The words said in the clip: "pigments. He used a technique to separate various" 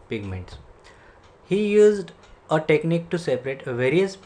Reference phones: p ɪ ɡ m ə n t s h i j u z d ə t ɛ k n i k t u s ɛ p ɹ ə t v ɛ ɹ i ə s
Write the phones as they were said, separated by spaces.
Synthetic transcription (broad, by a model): p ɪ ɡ m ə n t s h i j u z d ə t ɛ k n i k t u s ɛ p ɹ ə t v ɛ ɹ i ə s